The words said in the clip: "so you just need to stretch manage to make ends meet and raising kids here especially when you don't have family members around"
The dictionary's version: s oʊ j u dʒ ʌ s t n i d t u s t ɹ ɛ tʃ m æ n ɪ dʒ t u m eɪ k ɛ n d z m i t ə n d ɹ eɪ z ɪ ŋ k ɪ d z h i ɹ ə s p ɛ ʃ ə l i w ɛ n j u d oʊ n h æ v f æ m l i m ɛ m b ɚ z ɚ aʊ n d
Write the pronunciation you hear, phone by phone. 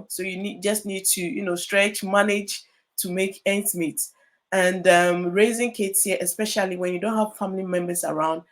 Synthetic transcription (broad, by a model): s oʊ j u dʒ ʌ s t n i d t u s t ɹ ɛ tʃ m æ n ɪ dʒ t u m eɪ k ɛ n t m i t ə n d ɹ eɪ z ɪ ŋ k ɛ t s h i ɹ ə s p ɛ ʃ ə l i w ɛ n j u d oʊ n h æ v f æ m l i m ɛ m b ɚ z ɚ aʊ n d